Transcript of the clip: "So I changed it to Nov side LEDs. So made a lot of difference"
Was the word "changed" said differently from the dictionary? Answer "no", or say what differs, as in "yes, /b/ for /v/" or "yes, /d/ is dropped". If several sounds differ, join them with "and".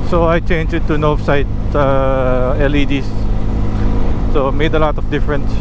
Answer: yes, /d/ is dropped